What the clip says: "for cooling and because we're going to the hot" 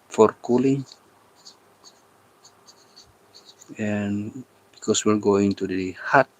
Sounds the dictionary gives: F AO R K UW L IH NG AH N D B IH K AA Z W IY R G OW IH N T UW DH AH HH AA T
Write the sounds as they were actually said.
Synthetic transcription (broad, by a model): F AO R K UW L IH NG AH N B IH K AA S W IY L G OW IH N T UW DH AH HH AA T